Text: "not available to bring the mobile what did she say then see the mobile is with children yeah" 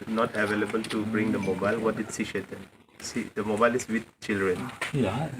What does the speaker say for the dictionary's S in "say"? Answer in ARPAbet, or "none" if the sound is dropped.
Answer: SH